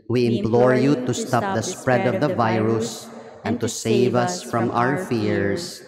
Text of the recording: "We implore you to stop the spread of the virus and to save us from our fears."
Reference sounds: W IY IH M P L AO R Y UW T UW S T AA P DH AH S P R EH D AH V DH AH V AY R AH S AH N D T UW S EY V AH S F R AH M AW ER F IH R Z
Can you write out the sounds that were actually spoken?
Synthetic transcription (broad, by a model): W IY IH M P L AO R Y UW T UW S T AA P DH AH S P R EH D AH V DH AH V AY R AH S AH N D T UW S EY V AH S F R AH M AW ER F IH R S